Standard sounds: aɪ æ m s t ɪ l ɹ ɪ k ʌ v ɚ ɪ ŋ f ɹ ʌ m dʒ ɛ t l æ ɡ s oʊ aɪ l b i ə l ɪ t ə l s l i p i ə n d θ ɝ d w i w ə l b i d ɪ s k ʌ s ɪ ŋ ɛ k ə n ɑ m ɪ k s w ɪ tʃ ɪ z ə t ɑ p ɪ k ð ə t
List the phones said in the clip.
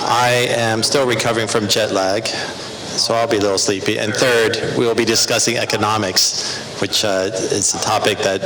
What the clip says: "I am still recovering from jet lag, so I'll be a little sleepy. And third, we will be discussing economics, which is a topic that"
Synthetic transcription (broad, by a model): aɪ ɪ m s t ɪ l ɹ ɪ k ʌ v ɚ ɪ ŋ f ɹ ʌ m dʒ ɛ t l æ ɡ s oʊ aɪ l b i ə l ɪ t l s l i p i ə n θ ɝ d w i w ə l b i d ɪ s k ʌ s ɪ ŋ ɛ k ə n ɑ m ɪ k s w ɪ tʃ ɪ z ə t ɑ p ɪ k ð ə t